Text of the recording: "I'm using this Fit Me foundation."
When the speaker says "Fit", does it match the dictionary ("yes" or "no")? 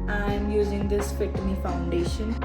no